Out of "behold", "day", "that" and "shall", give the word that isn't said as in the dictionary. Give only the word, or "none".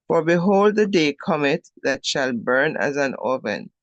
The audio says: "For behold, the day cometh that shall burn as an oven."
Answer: none